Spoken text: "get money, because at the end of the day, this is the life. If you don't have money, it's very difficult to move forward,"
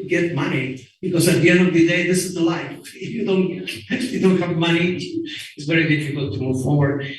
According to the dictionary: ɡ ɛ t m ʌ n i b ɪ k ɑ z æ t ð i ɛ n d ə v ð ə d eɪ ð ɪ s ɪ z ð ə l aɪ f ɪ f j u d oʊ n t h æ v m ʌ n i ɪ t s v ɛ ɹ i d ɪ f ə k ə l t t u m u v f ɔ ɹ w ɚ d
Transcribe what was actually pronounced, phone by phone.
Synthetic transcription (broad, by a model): ɡ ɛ t m ʌ n i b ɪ k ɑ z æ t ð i ɛ n d ə v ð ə d eɪ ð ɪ s ɪ z ð ə l aɪ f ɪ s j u d oʊ n t h æ v m ʌ n i ɪ t s v ɛ ɹ i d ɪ f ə k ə l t t u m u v f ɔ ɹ w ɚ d